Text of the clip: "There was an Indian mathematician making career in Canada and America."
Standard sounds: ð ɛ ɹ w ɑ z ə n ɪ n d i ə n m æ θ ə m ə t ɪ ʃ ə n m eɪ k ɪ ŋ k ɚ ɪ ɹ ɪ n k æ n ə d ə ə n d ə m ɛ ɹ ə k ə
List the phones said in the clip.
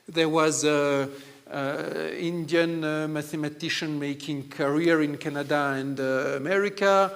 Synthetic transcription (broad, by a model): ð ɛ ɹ w ɑ z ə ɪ n d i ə n m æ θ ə m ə t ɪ ʃ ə n m eɪ k ɪ ŋ k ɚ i ɹ ɪ n k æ n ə d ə ə n d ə m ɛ ɹ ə k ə